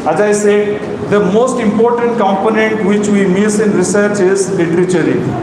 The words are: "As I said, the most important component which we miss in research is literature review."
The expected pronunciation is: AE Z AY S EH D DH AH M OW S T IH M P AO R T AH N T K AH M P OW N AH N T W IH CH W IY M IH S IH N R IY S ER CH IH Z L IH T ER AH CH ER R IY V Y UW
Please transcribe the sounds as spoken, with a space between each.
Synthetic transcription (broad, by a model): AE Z AY S EH D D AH M OW S T IH M P AO R T AH N T K AH M P OW N AH N T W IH CH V IY M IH S IH N R IY S ER CH IH Z L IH T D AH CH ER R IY